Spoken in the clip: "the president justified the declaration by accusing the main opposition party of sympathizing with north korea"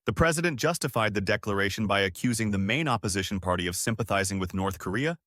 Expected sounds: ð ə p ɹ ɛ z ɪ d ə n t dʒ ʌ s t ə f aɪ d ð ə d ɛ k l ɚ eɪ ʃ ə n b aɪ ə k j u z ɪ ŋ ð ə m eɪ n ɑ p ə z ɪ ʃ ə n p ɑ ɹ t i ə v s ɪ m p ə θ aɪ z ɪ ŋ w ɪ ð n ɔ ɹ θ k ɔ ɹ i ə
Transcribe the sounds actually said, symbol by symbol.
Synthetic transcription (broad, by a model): ð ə p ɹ ɛ z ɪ d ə n dʒ ʌ s t ə f aɪ d ð ə d ɛ k l ɚ eɪ ʃ n b aɪ ə k j u z ɪ ŋ ð ə m eɪ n ɑ p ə z ɪ ʃ n p ɑ ɹ t i ə v s ɪ m p ə θ aɪ z ɪ ŋ w ɪ ð n ɔ ɹ θ k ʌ ɹ i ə